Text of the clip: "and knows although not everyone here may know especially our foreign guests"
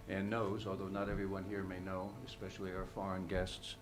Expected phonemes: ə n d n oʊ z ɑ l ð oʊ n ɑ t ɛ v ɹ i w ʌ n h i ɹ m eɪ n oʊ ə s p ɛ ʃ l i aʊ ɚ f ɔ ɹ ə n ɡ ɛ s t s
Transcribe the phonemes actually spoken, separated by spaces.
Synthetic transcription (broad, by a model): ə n n oʊ z ɑ l ð oʊ n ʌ t ɛ v ɹ i w ʌ n h i ɹ m eɪ n oʊ ə s p ɛ ʃ l i aʊ ɚ f ɔ ɹ ə n ɡ ɛ s t s